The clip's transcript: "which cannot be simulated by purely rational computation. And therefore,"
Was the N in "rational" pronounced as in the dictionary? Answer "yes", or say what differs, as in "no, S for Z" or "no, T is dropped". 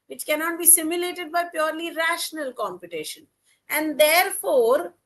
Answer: yes